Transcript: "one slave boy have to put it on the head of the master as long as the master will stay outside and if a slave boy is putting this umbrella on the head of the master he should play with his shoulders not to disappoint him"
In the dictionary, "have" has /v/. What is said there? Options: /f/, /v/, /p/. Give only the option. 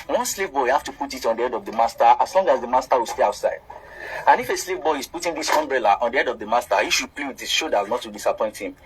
/f/